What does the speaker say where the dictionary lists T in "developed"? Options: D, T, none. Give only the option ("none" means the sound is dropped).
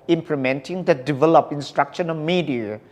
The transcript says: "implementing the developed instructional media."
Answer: none